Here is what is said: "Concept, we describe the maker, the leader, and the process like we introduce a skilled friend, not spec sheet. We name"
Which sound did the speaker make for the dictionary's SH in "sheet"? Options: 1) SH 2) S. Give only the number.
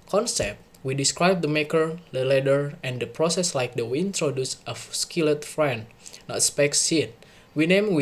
2